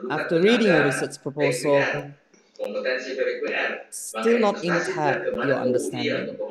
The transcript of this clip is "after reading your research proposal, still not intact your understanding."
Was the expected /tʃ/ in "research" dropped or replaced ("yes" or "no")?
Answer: yes